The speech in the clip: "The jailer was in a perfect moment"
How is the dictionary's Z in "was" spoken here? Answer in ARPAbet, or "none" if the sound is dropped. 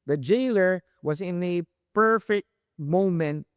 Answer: Z